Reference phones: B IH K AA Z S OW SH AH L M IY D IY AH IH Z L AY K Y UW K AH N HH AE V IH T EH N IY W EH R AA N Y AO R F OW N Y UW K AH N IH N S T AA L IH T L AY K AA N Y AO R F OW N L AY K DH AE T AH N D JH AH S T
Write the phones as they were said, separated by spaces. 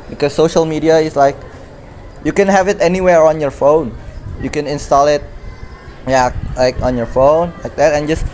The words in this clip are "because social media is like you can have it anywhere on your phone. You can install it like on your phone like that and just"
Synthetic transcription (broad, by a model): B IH K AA S OW SH AH L M IY D IY AH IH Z L AY K Y UW K AH N HH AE V IH T EH N IY W EH R AA N Y AO R F OW N Y UW K AH N IH N S T AA L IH T L AY K AA N Y AO R F OW N L AY K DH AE T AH N JH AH S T